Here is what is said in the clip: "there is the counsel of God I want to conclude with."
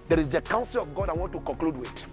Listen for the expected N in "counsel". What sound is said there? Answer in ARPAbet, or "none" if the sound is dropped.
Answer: N